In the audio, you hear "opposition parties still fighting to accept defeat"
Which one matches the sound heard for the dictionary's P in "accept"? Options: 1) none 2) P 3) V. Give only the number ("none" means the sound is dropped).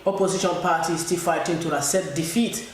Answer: 1